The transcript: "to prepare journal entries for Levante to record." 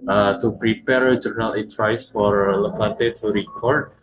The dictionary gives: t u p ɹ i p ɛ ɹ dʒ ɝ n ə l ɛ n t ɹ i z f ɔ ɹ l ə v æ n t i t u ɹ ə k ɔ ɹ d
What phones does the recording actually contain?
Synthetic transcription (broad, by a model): t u p ɹ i p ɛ ɹ dʒ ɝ n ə l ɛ t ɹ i s f ɔ ɹ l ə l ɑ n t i t u ɹ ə k ɔ ɹ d